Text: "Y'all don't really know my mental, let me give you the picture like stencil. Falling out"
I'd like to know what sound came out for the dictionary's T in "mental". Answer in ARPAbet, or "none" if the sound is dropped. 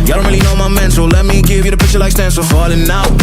S